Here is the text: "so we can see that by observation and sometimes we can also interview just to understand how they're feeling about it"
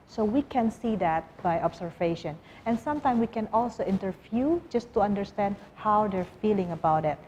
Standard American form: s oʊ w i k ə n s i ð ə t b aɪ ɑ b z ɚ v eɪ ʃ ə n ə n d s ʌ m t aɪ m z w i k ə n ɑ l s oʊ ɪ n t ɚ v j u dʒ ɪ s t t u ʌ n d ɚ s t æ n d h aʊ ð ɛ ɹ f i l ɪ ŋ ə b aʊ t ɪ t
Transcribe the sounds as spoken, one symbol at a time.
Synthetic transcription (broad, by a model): s oʊ w i k ə n s i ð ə t b aɪ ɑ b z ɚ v eɪ ʃ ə n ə n s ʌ m t aɪ m w i k ə n ɑ l s oʊ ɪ n t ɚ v j u dʒ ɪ s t t u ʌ n d ɚ s t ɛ n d h aʊ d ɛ ɹ f i l ɪ ŋ ə b aʊ t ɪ t